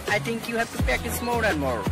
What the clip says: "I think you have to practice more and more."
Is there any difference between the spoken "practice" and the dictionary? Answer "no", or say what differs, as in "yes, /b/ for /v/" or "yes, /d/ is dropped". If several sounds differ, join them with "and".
yes, /ɹ/ is dropped